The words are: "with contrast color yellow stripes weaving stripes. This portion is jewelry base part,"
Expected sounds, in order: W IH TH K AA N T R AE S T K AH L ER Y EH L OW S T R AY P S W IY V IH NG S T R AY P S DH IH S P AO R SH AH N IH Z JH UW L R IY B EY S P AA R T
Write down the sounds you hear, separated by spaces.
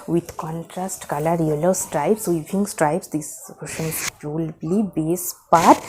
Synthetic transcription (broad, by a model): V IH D K AA N T R AE S T K AH L ER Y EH L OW S T R AY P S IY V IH NG S T R AY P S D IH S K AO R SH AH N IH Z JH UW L L IY B EY S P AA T